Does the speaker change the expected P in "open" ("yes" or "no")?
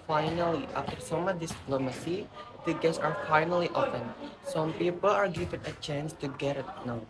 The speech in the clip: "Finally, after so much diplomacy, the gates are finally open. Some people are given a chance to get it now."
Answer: yes